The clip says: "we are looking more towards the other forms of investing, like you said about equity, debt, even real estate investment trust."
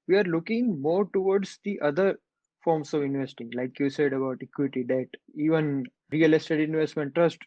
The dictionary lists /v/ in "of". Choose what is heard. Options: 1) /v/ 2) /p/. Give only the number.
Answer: 1